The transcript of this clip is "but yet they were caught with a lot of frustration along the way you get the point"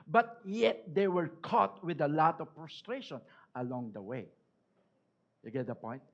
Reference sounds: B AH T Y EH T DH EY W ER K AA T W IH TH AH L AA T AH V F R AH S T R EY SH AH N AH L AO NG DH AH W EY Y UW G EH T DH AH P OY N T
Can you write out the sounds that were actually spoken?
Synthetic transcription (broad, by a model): B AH T Y EH T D EY W ER K AA T W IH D AH L AA T AH V P R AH S T R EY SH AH N AH L AO NG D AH W EY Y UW G EH T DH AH P OY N T